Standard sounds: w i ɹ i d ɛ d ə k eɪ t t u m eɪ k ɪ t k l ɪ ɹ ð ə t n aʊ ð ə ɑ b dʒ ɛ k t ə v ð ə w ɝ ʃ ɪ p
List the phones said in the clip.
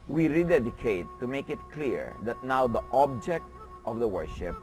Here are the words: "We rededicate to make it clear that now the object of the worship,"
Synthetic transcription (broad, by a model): w i ɹ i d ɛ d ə k eɪ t t u m eɪ k ɪ t k l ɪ ɹ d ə t n aʊ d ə ɑ b dʒ ɛ k t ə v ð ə w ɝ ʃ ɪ p